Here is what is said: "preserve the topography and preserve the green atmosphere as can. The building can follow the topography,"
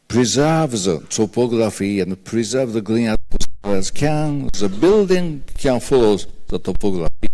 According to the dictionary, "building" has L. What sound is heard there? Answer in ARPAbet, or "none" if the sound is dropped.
L